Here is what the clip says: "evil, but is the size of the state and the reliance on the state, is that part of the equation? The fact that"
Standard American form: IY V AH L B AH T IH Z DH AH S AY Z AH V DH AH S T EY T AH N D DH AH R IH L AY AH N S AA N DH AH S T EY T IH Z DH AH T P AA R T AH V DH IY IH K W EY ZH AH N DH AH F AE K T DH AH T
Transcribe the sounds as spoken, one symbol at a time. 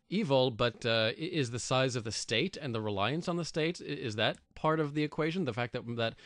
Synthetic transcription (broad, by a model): IY V L B AH T IH Z DH AH S AY Z AH V DH AH S T EY T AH N DH AH R IH L AY AH N S N DH AH S T EY T IH Z DH AH T P AA R T AH V DH IY IH K W EY ZH AH N DH AH F AE K T DH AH T